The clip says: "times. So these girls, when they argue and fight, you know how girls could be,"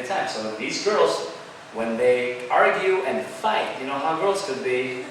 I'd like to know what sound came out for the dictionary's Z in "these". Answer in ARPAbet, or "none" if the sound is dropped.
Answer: Z